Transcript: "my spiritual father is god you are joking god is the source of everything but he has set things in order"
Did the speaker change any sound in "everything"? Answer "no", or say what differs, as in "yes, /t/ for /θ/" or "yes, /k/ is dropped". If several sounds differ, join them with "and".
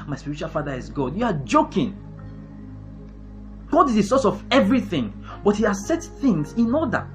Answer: no